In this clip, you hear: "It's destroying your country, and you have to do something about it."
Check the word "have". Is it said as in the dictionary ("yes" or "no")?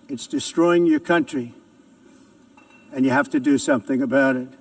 no